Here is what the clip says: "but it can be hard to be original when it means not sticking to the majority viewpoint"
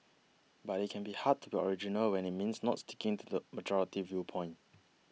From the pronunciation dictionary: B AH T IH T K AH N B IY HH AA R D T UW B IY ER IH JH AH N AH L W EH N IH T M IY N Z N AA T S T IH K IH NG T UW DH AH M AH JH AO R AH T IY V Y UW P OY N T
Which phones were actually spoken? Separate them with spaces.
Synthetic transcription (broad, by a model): B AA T IH T K AH N B IY HH AA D T UW B IY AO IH JH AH N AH L W EH N IH T M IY N S N AA T S T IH K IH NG T UW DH AH M AH JH AO R AH T IY V Y UW P OY N T